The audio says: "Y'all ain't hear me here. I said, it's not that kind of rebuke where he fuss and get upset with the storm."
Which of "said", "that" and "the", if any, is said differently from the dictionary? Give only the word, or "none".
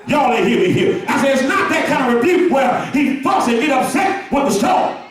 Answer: said